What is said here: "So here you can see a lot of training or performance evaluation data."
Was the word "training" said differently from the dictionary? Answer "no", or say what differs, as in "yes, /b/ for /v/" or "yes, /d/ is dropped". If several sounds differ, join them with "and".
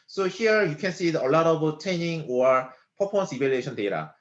yes, /ɹ/ is dropped